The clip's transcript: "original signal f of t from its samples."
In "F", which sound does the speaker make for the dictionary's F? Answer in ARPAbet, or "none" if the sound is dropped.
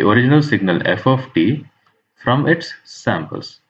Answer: F